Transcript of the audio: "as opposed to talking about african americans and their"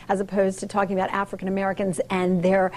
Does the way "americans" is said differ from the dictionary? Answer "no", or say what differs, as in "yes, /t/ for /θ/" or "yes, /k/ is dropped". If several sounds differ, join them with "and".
no